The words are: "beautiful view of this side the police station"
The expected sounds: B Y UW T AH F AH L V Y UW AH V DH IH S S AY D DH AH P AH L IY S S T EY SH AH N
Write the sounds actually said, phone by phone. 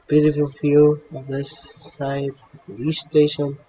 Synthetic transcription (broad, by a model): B Y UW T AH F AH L F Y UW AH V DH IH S S AY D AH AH IY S S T EY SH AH N